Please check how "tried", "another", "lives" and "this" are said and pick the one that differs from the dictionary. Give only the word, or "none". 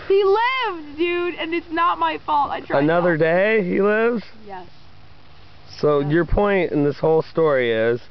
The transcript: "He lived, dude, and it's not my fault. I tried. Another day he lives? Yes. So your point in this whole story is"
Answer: tried